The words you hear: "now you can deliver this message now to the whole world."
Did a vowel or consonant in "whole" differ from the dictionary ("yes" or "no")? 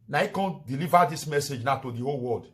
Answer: no